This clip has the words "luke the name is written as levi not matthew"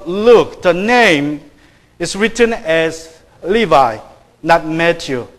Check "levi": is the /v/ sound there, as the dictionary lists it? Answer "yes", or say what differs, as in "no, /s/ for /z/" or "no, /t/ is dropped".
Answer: yes